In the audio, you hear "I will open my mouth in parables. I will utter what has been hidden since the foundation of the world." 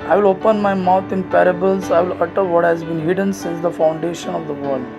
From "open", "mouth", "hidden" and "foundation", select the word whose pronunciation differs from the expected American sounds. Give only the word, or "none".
mouth